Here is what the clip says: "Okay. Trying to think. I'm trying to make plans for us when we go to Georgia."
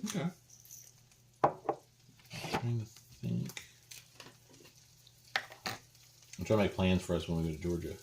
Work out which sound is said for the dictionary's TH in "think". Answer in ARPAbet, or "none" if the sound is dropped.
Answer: TH